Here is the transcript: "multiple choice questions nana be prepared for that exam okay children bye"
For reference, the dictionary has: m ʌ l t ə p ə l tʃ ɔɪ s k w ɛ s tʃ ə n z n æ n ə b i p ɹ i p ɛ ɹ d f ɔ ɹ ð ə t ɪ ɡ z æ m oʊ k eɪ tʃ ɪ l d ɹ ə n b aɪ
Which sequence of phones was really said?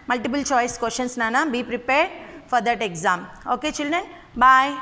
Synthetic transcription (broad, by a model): m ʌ l t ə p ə l tʃ ɔɪ s k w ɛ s ʃ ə n s n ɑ n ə b i p ɹ i p ɛ ɹ d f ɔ ɹ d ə t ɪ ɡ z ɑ m oʊ k eɪ tʃ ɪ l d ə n b aɪ